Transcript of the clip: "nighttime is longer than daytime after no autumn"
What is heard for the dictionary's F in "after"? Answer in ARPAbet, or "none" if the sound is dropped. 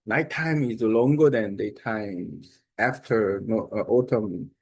F